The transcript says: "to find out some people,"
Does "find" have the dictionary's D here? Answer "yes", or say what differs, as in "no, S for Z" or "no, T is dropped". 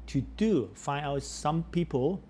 no, D is dropped